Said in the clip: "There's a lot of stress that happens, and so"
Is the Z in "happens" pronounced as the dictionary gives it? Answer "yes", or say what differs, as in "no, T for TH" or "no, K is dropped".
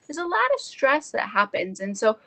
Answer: yes